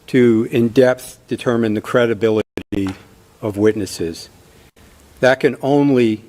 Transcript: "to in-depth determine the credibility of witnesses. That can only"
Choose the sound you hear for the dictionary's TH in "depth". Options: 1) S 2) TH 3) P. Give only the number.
2